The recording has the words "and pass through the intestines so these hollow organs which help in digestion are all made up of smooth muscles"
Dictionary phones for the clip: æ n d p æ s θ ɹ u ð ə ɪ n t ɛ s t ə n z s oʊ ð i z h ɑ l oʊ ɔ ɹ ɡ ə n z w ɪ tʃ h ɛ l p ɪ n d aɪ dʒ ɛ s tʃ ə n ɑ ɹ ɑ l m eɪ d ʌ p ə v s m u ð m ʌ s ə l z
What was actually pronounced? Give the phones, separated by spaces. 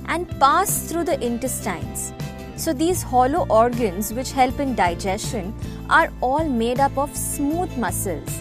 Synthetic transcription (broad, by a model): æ n d p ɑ s t ɹ u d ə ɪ n t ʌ s t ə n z s oʊ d i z h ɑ l oʊ ɔ ɹ ɡ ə n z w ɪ tʃ h ɛ l p ɪ n d aɪ dʒ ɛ s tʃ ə n ɑ ɹ ɑ l m eɪ d ʌ p ə v s m u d m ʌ s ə l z